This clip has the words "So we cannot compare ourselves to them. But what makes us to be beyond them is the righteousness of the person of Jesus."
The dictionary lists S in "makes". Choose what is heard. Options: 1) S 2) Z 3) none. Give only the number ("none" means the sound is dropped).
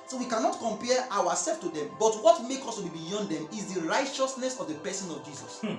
3